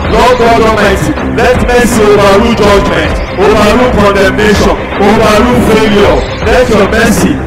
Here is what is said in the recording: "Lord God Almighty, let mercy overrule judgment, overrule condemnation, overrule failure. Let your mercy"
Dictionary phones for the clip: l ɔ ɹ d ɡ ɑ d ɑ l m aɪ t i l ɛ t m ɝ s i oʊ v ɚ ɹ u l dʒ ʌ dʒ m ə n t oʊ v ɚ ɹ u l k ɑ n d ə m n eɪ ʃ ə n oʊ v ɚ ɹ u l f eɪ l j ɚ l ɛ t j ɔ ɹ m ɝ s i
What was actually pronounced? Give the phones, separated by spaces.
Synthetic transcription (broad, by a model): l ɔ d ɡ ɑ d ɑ m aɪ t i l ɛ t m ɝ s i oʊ w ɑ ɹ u dʒ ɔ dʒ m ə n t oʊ w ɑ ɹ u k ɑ n d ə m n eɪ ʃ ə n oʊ w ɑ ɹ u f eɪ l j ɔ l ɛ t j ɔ m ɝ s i